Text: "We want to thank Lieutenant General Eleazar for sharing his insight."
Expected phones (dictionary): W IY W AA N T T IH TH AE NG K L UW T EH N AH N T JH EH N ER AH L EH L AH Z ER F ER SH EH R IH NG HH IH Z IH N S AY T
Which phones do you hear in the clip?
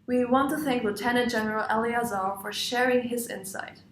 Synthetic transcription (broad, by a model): W IY W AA N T T IH TH AE NG K L UW T EH N AH N T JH EH N ER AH L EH L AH Z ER F ER SH EH R IH NG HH IH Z IH N S AY T